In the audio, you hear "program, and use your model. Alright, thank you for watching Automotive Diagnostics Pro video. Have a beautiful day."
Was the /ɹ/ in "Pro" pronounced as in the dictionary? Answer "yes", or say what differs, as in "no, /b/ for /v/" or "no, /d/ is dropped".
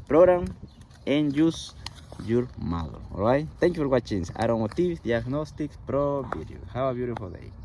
yes